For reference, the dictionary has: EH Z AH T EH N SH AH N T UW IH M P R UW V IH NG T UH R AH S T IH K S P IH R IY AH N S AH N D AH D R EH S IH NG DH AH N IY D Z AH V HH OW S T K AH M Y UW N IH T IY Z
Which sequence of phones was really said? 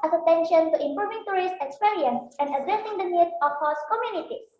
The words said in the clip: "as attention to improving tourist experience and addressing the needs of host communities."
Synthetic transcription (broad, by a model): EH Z AH T EH N SH AH N T UW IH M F R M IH NG T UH R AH S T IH K S P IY R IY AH N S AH N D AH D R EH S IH NG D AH N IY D AH F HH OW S K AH M Y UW N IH T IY